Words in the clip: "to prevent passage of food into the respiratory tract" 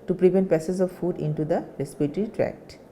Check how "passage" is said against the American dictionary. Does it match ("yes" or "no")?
no